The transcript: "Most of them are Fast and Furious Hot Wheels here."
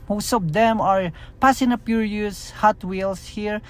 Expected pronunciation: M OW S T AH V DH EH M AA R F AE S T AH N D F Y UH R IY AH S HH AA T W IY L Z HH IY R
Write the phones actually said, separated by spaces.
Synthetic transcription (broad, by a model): M OW S T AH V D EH M AA R P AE S AH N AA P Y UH R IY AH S HH AA T W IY L S HH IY R